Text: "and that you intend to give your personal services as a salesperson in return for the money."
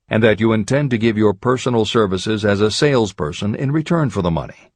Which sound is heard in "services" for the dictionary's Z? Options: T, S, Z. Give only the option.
Z